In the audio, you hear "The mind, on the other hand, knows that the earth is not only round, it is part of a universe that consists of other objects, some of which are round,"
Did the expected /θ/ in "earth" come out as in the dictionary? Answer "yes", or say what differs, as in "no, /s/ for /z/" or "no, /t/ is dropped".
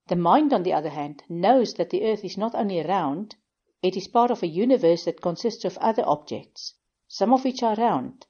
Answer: yes